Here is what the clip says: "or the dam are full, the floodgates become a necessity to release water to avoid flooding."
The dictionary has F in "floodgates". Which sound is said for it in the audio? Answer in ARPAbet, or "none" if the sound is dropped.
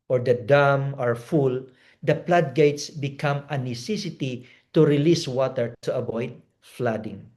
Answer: P